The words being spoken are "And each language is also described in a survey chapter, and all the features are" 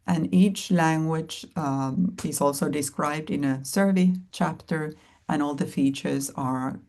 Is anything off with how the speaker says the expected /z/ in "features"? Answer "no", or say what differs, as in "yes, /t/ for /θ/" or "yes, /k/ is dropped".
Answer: no